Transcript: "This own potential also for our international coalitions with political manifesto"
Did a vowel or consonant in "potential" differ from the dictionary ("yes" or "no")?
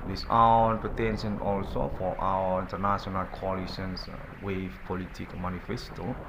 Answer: yes